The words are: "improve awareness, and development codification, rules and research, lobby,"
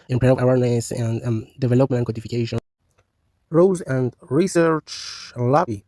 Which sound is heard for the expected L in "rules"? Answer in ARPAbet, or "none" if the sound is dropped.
none